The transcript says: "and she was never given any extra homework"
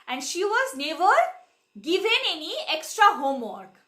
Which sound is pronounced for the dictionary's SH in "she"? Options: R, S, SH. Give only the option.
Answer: SH